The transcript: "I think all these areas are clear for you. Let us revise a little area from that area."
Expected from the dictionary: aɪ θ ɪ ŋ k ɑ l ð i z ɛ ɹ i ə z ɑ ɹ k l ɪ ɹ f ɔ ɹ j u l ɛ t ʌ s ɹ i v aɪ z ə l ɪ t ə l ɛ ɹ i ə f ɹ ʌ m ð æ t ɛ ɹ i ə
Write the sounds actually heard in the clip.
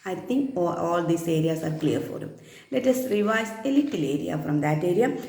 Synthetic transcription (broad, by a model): aɪ t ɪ ŋ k ɑ l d i s ɛ ɹ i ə s ɑ ɹ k l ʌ ɹ f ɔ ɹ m l ɛ t ʌ s ɹ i v aɪ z ə l ɪ t ə l ɛ ɹ i ə f ɹ ʌ m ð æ t ɛ ɹ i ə